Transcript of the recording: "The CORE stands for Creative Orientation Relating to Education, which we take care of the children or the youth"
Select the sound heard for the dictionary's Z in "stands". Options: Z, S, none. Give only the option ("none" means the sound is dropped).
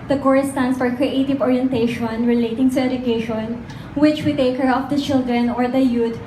S